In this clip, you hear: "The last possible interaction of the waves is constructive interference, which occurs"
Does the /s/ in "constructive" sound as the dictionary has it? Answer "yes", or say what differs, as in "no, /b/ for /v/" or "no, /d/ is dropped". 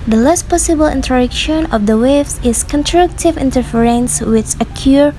no, /s/ is dropped